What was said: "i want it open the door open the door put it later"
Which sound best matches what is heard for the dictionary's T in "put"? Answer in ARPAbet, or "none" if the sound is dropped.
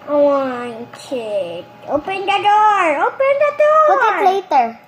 none